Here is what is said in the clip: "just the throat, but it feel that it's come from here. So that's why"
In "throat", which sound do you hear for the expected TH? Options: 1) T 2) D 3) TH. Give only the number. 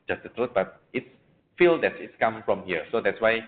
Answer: 1